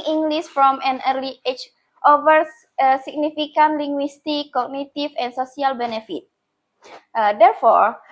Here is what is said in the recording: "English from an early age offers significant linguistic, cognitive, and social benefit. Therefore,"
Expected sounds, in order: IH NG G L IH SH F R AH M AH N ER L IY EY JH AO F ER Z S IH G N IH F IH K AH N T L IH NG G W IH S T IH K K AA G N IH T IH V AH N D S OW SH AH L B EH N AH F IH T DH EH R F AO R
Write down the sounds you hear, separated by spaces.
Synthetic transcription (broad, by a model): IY NG G L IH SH F R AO M AH N ER L IY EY CH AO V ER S S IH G N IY F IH K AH N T L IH NG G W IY S T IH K K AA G N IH T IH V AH N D S OW S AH L B EH N AH F IH T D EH R F AO R